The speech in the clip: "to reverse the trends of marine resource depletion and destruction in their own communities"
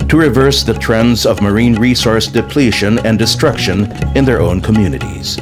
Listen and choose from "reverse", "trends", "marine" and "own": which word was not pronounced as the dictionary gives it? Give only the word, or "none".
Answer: none